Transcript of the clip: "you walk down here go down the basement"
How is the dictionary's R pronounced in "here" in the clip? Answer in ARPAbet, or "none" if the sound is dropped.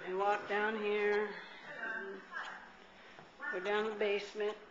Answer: R